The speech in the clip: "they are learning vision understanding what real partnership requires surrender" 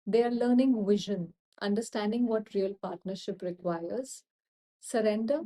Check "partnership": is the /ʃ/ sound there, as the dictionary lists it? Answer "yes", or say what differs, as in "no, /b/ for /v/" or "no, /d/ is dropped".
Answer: yes